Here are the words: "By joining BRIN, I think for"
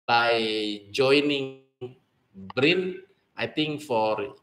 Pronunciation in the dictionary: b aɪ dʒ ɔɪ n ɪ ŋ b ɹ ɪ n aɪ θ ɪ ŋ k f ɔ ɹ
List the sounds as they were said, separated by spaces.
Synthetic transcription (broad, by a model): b aɪ dʒ ɔɪ n ɪ ŋ b ɹ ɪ n aɪ t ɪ ŋ k f ɔ ɹ